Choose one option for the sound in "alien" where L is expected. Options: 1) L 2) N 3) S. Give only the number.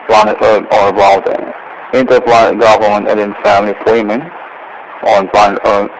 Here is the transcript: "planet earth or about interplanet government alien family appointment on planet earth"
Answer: 2